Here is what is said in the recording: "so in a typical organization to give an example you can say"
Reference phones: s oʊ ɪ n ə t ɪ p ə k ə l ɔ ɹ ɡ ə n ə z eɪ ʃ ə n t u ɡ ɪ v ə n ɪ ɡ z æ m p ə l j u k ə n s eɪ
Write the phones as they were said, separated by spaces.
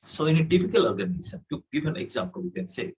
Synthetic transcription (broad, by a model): s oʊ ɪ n ə t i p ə k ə l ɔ ɹ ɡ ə n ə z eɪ s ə n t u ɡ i b ə n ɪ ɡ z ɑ m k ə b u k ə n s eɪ